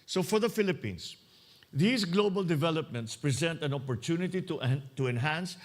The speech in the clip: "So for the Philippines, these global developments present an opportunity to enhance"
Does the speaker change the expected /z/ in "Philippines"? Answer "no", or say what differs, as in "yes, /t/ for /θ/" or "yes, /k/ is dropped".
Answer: yes, /s/ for /z/